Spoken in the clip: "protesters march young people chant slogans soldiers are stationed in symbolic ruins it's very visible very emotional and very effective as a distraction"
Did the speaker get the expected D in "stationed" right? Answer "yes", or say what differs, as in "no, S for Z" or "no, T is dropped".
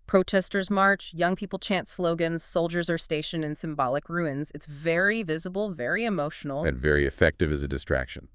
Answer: no, D is dropped